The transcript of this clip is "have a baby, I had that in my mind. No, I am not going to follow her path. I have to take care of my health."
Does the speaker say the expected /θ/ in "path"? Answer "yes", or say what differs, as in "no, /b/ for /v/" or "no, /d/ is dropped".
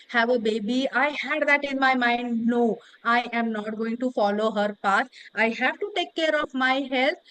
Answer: no, /s/ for /θ/